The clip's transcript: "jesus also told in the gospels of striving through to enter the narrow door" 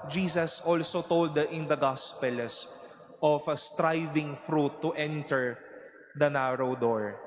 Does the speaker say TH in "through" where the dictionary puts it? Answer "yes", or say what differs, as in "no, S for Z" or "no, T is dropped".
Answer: no, F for TH